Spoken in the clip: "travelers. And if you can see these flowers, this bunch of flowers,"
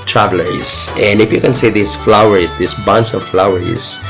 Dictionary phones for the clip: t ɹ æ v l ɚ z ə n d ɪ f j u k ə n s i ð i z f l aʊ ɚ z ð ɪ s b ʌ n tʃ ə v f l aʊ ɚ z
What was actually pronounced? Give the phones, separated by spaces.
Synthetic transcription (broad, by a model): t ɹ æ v l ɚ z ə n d ɪ f j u k ə n s i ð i s f l aʊ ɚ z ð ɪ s b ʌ n s ə v f l aʊ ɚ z